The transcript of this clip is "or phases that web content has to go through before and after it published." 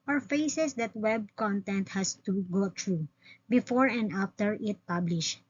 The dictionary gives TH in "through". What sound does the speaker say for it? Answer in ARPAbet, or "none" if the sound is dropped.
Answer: T